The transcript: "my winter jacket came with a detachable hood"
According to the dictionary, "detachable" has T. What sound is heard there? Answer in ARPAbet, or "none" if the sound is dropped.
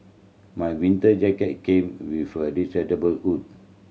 S